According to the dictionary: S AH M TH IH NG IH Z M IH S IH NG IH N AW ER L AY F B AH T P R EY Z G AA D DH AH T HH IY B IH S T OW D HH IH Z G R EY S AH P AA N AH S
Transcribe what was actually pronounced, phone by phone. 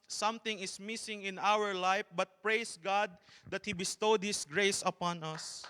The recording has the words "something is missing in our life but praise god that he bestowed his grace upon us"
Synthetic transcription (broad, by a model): S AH M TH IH NG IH S M IH S IH NG IH N AW ER L AY F B AH T P R EY S G AA D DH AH T HH IY B IH S T OW D HH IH S G R EY S AH P AA N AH S